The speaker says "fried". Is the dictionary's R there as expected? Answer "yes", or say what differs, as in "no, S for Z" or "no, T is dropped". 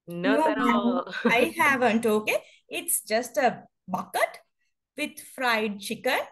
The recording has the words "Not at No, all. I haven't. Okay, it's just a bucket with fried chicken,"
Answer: yes